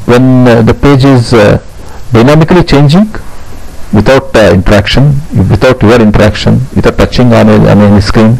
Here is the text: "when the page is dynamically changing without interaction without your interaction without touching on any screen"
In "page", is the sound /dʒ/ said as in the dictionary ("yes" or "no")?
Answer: yes